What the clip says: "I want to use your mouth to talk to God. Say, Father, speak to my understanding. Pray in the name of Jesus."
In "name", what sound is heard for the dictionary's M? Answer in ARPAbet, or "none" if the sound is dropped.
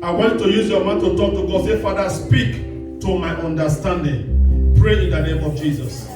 M